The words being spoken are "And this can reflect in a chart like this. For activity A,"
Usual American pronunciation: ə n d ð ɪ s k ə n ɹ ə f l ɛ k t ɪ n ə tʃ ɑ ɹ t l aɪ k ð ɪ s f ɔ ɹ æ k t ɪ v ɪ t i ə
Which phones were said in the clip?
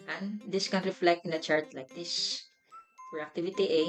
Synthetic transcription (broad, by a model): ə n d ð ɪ s k ə n ɹ ə f l ɛ k t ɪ n ə tʃ ɑ ɹ t l aɪ k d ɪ s p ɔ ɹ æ k t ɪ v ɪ t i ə